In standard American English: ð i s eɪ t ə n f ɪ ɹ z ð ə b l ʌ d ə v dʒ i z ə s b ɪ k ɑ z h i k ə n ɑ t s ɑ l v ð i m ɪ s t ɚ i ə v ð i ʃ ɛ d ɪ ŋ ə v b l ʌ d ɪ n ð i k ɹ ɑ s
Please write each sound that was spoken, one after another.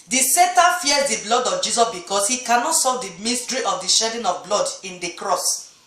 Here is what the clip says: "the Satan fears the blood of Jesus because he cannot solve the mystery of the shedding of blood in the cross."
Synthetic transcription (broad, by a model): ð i s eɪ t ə f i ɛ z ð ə b l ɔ d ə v dʒ i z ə s b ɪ k ɑ s h i k ə n ɑ t s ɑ v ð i m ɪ s t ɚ i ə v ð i ʃ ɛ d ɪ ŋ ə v b l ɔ d ɪ n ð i k ɹ ɑ s